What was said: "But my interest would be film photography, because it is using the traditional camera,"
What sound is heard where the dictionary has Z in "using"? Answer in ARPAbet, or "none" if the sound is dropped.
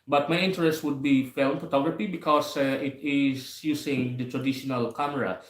S